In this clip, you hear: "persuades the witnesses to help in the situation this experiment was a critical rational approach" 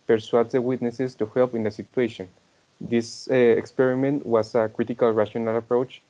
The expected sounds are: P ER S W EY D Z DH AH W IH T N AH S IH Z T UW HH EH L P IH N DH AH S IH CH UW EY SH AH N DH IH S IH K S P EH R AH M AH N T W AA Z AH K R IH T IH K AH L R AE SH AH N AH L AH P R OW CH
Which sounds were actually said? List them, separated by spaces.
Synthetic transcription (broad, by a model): P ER S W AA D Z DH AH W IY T N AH S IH S T UW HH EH L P IH N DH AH S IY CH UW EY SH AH N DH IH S IH K S P EH R AH M AH N T W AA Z AH K R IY T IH K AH L R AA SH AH N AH L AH P R OW CH